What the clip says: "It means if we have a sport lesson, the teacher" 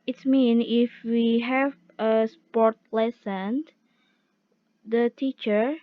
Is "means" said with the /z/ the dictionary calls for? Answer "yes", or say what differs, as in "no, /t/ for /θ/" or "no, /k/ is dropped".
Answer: no, /z/ is dropped